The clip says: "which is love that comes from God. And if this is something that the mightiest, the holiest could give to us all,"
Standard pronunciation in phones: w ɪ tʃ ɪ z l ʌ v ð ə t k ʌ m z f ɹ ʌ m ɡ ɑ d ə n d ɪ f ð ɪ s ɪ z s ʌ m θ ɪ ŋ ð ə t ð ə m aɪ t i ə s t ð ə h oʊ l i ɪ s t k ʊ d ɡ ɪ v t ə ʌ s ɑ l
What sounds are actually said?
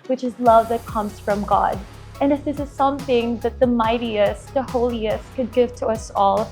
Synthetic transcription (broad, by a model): w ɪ tʃ ɪ z l ʌ v ð ə t k ʌ m z f ɹ ʌ m ɡ ɑ d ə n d ɪ f ð ɪ s ɪ z s ʌ m θ ɪ ŋ ð ə t ð ə m aɪ t i ə s t ð ə h oʊ l i ɪ s t k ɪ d ɡ ɪ v t ə ʌ s ɑ l